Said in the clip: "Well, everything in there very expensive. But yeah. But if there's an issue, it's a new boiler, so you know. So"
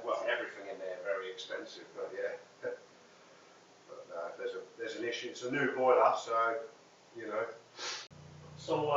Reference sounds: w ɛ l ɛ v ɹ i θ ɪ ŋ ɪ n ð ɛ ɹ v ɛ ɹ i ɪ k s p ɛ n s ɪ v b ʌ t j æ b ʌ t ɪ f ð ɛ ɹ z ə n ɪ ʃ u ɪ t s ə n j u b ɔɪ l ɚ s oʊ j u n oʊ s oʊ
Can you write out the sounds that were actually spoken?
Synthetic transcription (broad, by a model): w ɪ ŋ ɛ v ɹ i θ ɪ ŋ ɪ n ð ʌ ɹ v ɛ ɹ i ɪ k s p ɛ n s ɪ v b ʌ t j æ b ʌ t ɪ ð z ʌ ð z ə n ɪ ʃ u ɪ t s ə n j u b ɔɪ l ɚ s oʊ j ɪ n oʊ s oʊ